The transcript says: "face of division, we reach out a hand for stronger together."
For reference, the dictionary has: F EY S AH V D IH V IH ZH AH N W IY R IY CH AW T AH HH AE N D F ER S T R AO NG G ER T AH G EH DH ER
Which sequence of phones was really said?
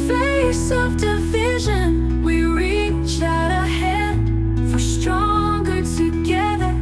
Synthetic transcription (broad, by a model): F EY S AH V D IH V IH ZH AH N W IY R IY CH AW T AH HH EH D F ER S T R AO NG G ER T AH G EH DH ER